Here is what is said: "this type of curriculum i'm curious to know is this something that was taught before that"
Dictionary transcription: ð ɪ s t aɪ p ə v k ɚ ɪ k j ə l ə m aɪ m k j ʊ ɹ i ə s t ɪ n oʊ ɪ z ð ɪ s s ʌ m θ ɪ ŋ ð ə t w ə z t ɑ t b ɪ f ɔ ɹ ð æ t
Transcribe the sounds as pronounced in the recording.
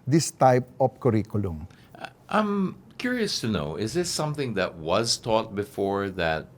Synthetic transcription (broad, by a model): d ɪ s t aɪ p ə f k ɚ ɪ k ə l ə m aɪ m k j ʊ ɹ i ə s t ɪ n oʊ ɪ z ð ɪ s s ʌ m θ ɪ ŋ ð ə t w ə z t ɑ t b ɪ f ɔ ɹ ð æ t